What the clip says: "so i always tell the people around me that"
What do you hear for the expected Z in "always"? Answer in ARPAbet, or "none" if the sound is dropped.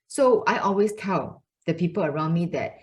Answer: S